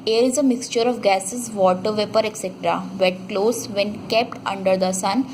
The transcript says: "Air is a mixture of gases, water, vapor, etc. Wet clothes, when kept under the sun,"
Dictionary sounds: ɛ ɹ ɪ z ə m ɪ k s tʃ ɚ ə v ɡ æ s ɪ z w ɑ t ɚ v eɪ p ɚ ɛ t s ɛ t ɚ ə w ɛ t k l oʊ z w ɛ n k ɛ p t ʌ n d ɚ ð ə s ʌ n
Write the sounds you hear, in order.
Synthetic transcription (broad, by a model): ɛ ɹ ɪ z ə m ɪ k s tʃ ɚ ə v ɡ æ s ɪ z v ɑ t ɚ v eɪ p ɚ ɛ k s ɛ t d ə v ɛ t k l oʊ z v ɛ n k ɛ p t ʌ n d ɚ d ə s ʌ n